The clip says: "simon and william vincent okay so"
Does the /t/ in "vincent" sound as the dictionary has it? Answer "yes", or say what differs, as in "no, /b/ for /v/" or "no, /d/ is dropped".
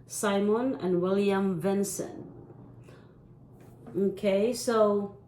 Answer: no, /t/ is dropped